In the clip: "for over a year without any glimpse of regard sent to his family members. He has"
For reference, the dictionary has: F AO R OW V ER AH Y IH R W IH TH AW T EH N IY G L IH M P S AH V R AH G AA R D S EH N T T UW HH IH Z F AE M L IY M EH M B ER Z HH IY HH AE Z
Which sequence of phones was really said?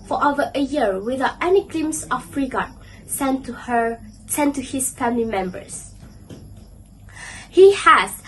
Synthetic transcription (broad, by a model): F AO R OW V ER AH Y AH R W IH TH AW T EH N IY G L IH M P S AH F R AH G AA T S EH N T T UW HH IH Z F AE M L IY M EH M B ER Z HH IY HH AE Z